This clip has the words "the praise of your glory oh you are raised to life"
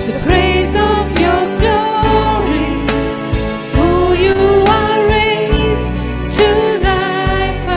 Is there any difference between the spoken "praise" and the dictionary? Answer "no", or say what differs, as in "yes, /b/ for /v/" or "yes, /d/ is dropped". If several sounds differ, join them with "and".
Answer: no